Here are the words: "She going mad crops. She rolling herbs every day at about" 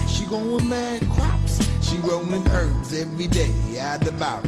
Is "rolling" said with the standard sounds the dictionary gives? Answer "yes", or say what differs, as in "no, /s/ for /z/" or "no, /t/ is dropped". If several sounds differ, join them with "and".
no, /n/ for /l/